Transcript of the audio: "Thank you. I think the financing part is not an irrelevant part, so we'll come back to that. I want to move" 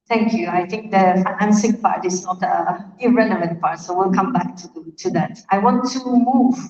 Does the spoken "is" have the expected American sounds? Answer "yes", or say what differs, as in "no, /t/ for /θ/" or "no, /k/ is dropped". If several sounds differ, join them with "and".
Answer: no, /s/ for /z/